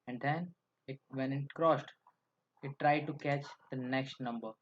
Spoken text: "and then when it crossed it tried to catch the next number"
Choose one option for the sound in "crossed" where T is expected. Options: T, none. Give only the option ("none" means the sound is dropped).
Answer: T